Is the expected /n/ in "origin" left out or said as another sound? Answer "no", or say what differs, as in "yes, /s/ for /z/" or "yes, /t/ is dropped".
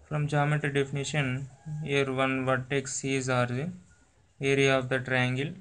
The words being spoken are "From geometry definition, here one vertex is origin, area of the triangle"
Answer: yes, /n/ is dropped